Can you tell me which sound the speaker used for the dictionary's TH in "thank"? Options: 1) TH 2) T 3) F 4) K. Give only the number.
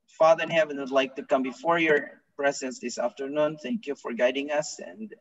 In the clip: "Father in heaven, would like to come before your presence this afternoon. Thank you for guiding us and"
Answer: 1